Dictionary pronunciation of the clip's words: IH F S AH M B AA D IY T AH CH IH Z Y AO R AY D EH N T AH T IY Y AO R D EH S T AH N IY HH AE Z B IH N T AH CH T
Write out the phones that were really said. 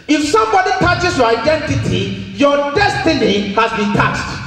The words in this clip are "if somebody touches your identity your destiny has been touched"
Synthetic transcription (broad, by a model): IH F S AH M B AA D IY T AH CH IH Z Y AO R AY D EH N T AH T IY Y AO D EH S T AH N IY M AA S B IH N T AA CH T